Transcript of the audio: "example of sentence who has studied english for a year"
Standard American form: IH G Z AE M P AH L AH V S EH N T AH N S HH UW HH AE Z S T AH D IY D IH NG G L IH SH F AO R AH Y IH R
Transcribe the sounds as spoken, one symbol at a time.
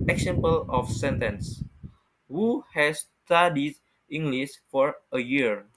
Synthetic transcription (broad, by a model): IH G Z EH M P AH L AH F S EH N T AH N S HH UW HH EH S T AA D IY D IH NG G L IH S F AO R AH Y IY R